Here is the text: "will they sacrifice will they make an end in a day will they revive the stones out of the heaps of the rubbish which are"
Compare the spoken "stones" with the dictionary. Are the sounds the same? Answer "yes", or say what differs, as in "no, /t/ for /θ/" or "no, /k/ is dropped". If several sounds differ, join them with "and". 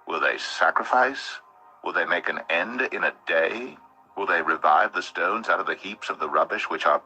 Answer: yes